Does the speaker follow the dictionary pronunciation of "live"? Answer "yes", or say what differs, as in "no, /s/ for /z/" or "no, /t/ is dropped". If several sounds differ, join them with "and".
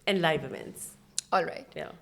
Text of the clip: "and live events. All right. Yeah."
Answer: no, /b/ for /v/